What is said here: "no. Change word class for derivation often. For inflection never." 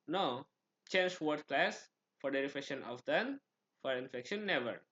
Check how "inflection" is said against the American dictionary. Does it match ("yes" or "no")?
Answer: no